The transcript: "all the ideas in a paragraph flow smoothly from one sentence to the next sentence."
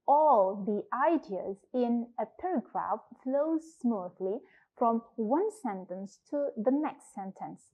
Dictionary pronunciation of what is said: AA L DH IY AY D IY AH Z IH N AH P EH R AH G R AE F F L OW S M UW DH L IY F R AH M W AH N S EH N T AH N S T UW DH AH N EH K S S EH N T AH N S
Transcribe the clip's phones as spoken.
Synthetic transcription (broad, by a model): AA L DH IY AY D IY AH Z IH N AH P EH R AH G R AE F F L OW S M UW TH L IY F R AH M W AH N S EH N T AH N S T UW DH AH N EH K S S EH N T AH N S